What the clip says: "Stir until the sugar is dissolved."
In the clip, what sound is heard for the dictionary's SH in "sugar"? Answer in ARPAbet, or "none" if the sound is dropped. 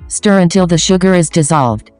SH